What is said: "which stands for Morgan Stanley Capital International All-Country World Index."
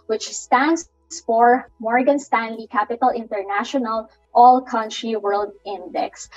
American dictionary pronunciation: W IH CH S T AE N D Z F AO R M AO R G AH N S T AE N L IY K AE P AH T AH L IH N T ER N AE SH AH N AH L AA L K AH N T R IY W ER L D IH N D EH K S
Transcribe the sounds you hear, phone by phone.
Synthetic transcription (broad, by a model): W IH CH S T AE N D S F AO R M AO R G AH N S T AE N L IY K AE P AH T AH L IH N T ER N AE SH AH N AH L AA L K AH N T R IY W ER L D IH N D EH K S